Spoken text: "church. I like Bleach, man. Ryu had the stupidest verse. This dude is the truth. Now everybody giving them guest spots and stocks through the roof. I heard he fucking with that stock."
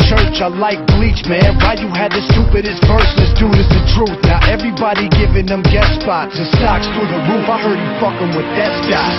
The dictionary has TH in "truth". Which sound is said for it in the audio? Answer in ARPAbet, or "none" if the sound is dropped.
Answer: TH